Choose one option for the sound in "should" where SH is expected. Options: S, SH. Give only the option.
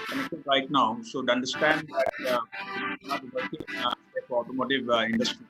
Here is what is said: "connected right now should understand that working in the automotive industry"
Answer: S